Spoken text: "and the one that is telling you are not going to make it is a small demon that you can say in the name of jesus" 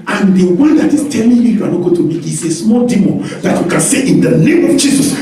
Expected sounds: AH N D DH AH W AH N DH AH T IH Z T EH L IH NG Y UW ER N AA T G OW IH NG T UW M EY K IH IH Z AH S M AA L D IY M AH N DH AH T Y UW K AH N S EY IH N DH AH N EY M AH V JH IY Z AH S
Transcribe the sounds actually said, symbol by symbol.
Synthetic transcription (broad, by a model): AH N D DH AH W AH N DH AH T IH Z T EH L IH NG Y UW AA N AA T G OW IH T UW M EY K IH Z AH S M AA L D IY M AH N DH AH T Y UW K AH N S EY IH N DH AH N EY M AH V JH IY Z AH S